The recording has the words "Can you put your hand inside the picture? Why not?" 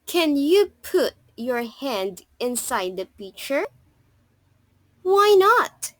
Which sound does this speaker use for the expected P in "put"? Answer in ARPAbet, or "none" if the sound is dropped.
P